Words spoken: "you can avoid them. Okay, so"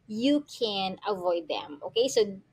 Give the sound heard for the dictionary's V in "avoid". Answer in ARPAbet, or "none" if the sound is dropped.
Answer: V